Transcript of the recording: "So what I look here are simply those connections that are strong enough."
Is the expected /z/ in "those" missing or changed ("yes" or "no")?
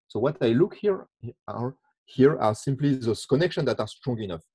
yes